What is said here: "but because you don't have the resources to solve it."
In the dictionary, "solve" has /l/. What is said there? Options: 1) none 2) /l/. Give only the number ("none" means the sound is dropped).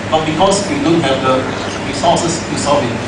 1